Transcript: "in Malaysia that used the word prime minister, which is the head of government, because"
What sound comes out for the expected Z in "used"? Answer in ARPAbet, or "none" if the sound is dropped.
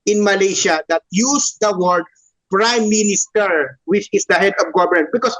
S